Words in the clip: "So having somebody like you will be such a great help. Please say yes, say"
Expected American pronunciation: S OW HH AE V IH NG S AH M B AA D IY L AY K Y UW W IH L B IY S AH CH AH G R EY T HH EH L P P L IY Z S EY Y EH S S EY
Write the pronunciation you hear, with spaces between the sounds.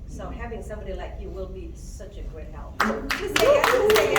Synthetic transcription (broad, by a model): S OW HH AE V IH NG S AH M B AA D IY L AY K Y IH W IH L B IY S AH CH AH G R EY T HH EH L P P IY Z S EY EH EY